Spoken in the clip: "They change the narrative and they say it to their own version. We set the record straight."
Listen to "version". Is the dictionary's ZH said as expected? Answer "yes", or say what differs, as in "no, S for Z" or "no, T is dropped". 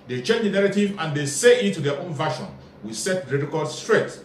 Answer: no, SH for ZH